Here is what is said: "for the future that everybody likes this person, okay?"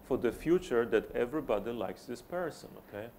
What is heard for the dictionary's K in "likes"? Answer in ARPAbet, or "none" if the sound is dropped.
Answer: K